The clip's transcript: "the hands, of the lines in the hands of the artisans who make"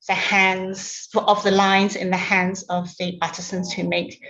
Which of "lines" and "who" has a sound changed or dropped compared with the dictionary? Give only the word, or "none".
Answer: none